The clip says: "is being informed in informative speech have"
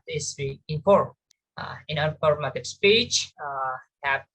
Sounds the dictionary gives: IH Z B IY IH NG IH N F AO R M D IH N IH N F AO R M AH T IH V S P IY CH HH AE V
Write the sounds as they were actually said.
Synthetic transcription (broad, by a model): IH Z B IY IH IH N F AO R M IH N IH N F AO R M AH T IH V S P IY CH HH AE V